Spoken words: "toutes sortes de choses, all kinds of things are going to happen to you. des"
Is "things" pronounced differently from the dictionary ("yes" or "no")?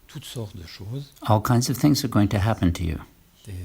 no